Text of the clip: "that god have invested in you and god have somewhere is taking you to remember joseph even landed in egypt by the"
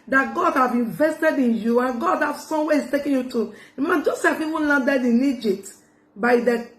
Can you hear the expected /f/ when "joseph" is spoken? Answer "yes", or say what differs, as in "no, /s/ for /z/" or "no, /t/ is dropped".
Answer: no, /p/ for /f/